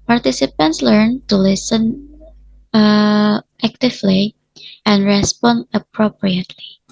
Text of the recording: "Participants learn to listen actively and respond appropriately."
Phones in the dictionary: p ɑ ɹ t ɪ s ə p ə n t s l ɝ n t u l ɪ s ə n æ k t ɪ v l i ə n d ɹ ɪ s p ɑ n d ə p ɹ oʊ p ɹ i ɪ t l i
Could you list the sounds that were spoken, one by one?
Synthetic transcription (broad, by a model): p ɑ ɹ t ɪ s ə p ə n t s l ɝ n t u l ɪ s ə n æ k t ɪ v l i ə n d ɹ ɪ s p ɑ n d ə p ɹ oʊ p ɹ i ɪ t l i